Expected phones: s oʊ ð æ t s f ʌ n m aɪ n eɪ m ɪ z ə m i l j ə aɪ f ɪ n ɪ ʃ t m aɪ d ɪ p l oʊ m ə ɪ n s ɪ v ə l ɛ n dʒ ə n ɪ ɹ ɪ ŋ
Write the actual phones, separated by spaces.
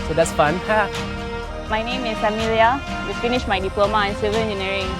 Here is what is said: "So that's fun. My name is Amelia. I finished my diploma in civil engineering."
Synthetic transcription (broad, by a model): s oʊ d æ t s f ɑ n m aɪ n eɪ m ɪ s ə m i l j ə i f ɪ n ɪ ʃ m aɪ d ɪ p l oʊ m ə ɪ n s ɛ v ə n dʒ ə n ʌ ɹ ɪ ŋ